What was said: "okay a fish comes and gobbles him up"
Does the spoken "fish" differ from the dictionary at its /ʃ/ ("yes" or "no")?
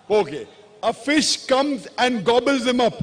no